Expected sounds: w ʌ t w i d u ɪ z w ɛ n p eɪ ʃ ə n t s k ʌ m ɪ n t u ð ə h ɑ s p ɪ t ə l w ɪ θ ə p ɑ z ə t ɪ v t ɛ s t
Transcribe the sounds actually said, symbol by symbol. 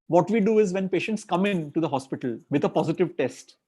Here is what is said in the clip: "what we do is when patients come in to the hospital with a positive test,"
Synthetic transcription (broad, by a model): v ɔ t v i d u ɪ z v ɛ n p eɪ ʃ ə n t s k ʌ m ɪ n t u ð ə h ɑ s p ɪ t ə l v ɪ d ə p ɑ z ə t ɪ v t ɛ s t